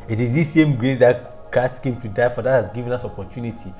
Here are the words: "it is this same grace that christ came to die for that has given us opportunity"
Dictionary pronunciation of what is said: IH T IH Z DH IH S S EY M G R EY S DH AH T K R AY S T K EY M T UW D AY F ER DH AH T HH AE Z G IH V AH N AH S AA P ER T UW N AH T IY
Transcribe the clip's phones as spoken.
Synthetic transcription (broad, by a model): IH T IH Z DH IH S S EY M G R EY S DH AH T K AY S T K EY M T UW D AY F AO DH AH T HH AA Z G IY V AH N AH S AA P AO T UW N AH T IY